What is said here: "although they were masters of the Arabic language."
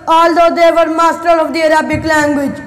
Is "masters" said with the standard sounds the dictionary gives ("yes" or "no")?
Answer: no